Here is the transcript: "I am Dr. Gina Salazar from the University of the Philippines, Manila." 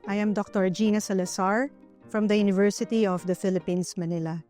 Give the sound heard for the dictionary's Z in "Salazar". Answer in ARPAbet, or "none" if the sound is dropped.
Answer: S